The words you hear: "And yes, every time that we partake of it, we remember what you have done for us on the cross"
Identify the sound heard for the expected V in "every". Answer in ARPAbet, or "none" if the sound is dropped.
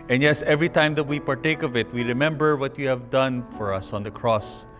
V